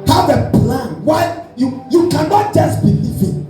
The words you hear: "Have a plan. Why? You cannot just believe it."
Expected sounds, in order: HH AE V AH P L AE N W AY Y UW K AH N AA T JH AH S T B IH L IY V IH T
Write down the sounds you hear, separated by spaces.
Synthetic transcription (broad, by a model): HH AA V AH P L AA N W AY Y UW K AH N AA T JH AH S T B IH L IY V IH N